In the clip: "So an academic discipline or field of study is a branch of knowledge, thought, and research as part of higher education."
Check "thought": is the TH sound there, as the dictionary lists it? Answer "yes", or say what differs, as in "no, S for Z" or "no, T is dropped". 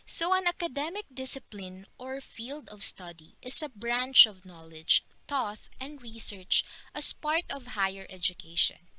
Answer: no, T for TH